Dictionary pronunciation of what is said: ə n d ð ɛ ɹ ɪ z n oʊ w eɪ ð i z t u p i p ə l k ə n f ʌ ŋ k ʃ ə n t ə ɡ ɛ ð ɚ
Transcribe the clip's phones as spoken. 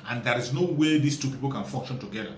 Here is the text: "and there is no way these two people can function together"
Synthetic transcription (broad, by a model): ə n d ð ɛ ɹ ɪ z n oʊ w eɪ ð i s t u p i p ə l k ə n f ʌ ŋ k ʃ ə n t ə ɡ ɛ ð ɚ